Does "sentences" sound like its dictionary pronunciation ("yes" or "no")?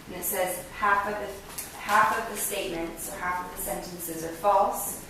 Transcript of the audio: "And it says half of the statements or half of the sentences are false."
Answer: yes